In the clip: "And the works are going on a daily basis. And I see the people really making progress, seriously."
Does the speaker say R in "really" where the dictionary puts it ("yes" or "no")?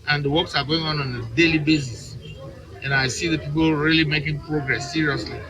yes